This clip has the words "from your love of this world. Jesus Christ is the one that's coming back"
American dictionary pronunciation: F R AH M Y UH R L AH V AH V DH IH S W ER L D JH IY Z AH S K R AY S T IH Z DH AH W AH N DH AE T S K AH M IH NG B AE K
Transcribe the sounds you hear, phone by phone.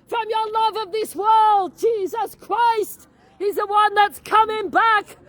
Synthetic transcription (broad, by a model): F R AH M Y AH R L AH V AH V DH IH S W ER L D JH IY Z AH S K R AY S T IH Z DH AH W AH N DH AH T S K AH M IH NG B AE K